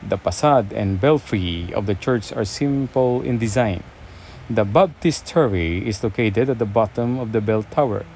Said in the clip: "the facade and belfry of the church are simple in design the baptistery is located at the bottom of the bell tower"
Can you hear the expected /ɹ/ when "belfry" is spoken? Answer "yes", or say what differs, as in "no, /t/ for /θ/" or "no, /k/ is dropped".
yes